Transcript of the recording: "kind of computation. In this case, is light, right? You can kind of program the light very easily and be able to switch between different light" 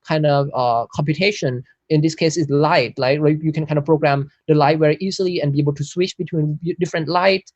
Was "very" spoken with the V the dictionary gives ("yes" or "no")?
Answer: no